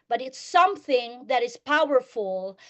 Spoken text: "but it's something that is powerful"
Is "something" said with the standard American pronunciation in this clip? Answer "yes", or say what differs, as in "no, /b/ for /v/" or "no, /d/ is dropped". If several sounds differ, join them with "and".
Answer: yes